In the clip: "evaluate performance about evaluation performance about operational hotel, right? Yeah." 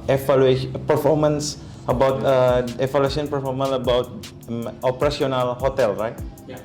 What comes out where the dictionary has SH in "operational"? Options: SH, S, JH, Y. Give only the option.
S